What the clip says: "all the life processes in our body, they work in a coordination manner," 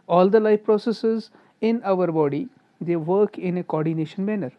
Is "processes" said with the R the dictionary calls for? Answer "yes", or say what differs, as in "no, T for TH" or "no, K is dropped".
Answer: yes